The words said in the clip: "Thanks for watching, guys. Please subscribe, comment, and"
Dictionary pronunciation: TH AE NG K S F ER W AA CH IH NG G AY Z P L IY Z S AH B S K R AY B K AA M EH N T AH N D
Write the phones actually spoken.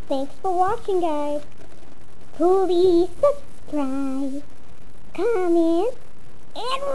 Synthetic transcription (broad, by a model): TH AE NG K S F ER W AA CH IH NG G AY Z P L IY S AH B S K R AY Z K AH M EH N AH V